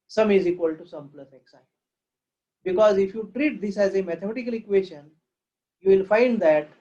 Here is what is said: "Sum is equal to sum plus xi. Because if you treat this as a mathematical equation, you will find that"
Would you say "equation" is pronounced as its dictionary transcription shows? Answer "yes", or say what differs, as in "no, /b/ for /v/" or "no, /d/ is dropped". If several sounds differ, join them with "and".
no, /ʃ/ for /ʒ/